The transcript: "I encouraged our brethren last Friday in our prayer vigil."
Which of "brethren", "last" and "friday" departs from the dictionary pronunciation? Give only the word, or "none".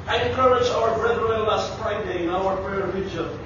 brethren